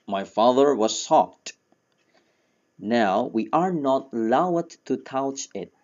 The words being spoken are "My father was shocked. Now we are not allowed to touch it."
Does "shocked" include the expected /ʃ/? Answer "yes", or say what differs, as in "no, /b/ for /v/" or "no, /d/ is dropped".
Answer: no, /s/ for /ʃ/